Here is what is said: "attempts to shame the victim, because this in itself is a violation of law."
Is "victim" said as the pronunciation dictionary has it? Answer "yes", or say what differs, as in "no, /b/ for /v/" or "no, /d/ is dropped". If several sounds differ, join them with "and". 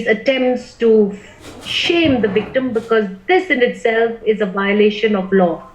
yes